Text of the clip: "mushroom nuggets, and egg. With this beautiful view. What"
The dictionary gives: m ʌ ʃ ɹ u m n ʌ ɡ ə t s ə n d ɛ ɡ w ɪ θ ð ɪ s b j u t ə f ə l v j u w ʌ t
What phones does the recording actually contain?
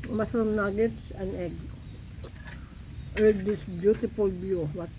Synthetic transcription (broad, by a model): m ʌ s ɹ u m n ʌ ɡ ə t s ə n ɛ ɡ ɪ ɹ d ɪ s b j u t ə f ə l b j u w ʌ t